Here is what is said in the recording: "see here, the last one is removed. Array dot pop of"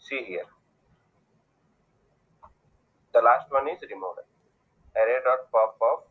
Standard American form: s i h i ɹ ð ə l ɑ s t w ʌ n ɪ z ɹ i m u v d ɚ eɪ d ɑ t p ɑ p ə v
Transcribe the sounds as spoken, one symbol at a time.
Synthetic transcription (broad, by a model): s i h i ɹ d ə l ɑ s t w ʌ n ɪ z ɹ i m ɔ d ɚ eɪ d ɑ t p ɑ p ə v